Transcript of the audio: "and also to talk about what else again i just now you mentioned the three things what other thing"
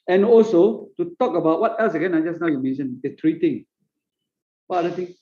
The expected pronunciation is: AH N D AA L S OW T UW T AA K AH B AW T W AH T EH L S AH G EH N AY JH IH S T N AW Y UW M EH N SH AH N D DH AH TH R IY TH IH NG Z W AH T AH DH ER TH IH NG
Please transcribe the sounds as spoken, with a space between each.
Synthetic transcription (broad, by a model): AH N AA L S OW T UW T AA K AH B AW T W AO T EH L S AH G EH N AY JH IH S N AW Y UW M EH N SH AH N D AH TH R IY T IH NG W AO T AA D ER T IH NG